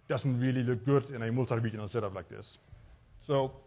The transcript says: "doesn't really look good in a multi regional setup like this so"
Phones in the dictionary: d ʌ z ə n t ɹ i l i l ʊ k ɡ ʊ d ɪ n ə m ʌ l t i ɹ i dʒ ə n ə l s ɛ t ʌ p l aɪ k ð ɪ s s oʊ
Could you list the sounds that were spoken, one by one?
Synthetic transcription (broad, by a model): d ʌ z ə n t ɹ i l i l ʊ k ɡ ʊ d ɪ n ə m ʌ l s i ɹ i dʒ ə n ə n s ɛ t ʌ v l aɪ k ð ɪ s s oʊ